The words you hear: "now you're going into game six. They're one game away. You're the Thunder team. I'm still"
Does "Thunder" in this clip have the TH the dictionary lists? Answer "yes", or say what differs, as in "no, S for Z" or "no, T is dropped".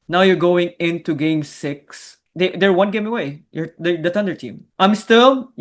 no, T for TH